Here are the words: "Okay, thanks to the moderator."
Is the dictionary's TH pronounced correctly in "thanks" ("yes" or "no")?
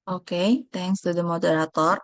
no